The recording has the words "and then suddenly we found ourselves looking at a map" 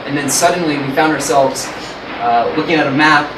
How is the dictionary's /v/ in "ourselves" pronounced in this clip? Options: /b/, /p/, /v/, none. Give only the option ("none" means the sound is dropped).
/v/